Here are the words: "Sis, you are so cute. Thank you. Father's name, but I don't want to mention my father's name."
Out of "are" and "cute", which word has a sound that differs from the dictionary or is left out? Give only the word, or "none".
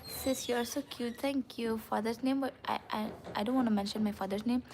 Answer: are